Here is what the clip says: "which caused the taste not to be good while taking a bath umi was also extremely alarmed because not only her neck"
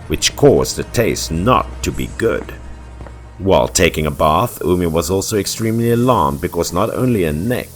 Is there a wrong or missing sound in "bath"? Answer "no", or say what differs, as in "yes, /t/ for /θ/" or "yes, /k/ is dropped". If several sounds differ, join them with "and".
no